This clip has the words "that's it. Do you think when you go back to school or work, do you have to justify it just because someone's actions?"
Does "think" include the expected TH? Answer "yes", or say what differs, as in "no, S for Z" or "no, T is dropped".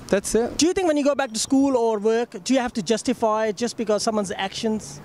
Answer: no, T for TH